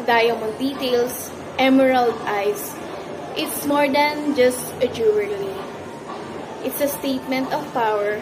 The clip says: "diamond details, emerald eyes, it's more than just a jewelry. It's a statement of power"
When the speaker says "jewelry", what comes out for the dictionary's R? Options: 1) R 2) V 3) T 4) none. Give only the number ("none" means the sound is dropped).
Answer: 4